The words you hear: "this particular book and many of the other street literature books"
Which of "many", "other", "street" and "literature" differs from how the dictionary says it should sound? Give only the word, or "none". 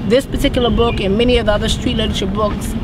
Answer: literature